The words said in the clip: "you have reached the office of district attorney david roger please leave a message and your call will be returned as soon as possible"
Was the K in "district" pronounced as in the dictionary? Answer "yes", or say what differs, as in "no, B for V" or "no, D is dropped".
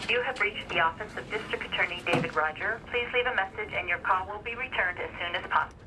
yes